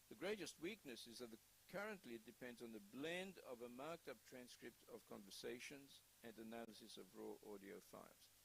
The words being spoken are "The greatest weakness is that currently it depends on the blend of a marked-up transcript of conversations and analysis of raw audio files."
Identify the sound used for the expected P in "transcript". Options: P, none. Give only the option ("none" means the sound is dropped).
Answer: P